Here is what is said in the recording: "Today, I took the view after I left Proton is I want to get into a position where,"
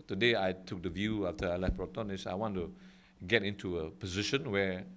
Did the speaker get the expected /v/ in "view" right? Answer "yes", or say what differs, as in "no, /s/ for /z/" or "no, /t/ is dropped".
yes